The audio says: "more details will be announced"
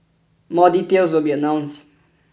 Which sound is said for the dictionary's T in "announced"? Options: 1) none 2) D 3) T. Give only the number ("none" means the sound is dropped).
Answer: 1